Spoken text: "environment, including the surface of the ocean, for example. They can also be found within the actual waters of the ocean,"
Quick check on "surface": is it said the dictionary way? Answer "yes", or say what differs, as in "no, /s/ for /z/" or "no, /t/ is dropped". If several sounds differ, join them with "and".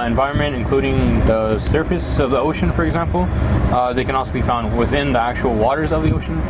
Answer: yes